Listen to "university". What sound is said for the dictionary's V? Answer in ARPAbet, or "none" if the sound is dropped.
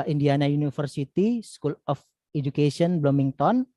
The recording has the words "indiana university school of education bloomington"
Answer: F